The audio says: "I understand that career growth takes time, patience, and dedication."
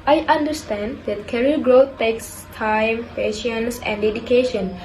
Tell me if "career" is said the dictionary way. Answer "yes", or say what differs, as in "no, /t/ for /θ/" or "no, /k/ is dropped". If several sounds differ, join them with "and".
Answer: no, /l/ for /ɹ/